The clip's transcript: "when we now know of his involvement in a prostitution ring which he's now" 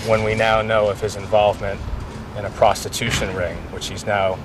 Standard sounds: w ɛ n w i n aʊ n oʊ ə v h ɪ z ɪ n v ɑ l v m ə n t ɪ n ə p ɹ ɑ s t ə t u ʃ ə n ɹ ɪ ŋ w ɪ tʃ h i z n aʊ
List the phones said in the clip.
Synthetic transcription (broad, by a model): w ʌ n w i n aʊ n oʊ ə v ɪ z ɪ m v ɑ l v m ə n t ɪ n ə p ɹ ɑ s t ə t u ʃ ə n ɹ ɪ ŋ w ɪ tʃ h i z n aʊ